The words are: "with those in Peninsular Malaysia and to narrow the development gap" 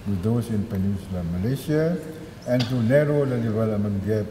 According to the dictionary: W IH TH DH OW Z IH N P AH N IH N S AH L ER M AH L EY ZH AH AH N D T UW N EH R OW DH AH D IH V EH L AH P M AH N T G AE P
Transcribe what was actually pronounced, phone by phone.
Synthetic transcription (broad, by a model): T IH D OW S IH N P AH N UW S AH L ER M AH L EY S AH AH N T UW N EH R OW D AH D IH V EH L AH M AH N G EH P